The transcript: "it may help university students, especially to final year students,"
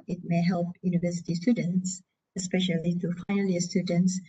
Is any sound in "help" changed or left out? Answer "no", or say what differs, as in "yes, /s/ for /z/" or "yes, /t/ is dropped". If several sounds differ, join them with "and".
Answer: no